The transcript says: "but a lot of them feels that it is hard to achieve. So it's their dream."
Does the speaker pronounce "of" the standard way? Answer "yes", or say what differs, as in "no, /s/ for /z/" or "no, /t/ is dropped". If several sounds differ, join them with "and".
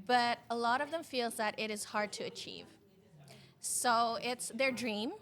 yes